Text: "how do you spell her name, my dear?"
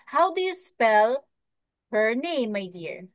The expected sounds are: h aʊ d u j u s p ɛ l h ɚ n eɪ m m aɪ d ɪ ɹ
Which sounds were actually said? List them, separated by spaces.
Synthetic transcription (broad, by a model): h aʊ d u j u s p ɛ l h ɚ n eɪ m m aɪ d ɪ ɹ